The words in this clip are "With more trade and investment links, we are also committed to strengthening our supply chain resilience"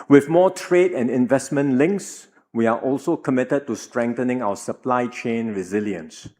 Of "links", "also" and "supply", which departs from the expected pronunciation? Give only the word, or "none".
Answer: none